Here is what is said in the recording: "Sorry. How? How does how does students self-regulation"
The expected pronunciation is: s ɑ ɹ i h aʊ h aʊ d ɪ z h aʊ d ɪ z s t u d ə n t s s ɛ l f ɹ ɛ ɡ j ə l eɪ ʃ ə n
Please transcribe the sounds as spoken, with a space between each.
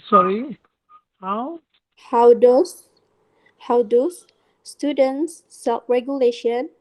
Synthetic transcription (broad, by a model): s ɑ ɹ i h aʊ h aʊ d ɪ s h aʊ d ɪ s s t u d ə n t s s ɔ f ɹ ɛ ɡ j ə l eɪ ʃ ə n